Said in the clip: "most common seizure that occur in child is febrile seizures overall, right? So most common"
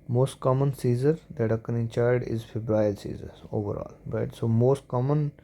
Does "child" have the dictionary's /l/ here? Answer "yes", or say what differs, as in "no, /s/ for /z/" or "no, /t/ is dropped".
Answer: no, /l/ is dropped